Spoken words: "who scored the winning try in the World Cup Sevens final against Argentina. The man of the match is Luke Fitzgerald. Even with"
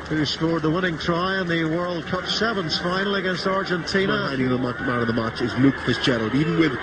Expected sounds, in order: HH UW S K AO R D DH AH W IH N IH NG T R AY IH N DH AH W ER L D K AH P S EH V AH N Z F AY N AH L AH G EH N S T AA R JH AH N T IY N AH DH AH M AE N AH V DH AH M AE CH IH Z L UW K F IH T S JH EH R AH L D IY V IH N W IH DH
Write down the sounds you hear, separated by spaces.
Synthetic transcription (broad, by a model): HH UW S K AO R D DH AH W IH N IH NG T R AY IH N DH AH W ER L D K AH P S EH V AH N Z F AY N L AH G EH N S T AA R JH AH N T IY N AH DH AH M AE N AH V DH AH M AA CH IH Z L UW K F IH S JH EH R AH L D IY V N W IH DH